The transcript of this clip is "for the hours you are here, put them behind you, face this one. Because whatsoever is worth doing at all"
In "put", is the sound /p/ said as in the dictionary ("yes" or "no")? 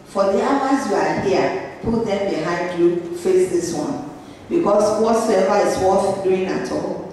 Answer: yes